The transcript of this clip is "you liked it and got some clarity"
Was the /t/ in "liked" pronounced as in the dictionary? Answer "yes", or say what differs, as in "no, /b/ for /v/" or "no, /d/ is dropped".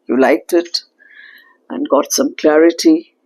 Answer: yes